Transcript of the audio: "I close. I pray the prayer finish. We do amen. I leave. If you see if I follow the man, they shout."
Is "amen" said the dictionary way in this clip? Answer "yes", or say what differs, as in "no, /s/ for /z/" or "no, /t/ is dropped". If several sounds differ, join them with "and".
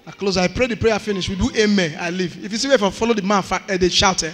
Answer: no, /n/ is dropped